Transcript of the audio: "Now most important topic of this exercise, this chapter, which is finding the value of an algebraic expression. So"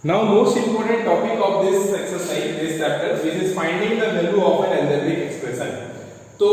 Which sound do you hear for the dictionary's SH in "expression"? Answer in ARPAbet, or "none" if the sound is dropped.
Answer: S